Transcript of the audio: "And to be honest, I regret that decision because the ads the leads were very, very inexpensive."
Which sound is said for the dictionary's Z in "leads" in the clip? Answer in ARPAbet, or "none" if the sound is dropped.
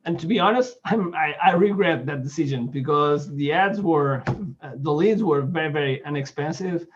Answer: Z